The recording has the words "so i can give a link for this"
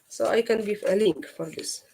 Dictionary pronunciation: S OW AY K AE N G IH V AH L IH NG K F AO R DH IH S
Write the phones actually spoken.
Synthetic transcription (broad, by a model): S OW AY K AE N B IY F AH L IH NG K F AO R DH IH S